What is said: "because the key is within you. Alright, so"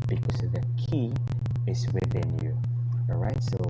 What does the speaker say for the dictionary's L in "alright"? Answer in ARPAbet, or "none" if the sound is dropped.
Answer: none